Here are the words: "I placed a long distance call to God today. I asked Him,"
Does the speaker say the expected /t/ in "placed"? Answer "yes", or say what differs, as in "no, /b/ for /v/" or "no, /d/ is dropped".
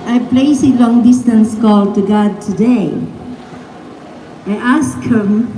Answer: no, /t/ is dropped